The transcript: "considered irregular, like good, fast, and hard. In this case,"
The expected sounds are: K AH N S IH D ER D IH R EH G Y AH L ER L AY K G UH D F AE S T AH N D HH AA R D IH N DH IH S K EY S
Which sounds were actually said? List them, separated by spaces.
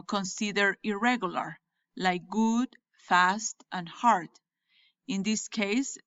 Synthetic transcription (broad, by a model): K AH N S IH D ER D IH R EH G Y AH L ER L AY K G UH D F AE S T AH N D HH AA R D IH N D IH S K EY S